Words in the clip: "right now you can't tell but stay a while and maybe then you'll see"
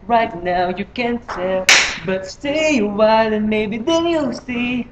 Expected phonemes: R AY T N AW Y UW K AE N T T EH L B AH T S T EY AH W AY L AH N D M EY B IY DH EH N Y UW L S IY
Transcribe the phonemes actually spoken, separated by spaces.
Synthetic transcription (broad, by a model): R AY T N AW Y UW K AE N T S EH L B AH T S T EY AH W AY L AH N M EY B IY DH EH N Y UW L S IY